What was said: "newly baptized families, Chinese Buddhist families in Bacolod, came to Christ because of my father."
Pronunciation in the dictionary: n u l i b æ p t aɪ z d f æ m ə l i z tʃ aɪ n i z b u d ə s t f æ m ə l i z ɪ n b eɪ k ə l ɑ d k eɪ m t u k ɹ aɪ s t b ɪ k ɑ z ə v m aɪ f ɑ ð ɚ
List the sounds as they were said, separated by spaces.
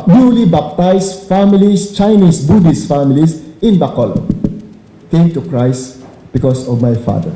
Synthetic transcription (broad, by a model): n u l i b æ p t aɪ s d f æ m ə l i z tʃ aɪ n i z b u d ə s f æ m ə l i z ɪ n b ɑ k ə l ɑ k eɪ m t u k ɹ aɪ s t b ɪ k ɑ s ə v m aɪ f ɑ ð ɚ